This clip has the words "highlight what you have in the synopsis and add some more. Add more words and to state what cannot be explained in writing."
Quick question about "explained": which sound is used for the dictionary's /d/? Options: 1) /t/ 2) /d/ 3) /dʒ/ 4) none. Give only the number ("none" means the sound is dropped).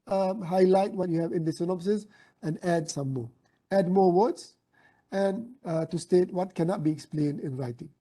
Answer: 2